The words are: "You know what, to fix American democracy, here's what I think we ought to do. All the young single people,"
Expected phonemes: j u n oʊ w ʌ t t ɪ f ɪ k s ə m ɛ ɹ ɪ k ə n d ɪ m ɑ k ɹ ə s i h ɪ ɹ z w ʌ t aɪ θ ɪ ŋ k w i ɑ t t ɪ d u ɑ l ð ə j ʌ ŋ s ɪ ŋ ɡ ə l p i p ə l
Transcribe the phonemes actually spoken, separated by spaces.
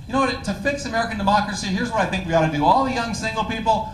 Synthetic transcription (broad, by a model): j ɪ n oʊ w ʌ t t ɪ f ɪ k s ə m ɛ ɹ ɪ k ə n d ɪ m ɑ k ɹ ə s i h ɪ ɹ z w ʌ t aɪ θ ɪ ŋ k w i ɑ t t ɪ d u ɑ l ð ə j ʌ ŋ s ɪ ŋ ɡ l p i p l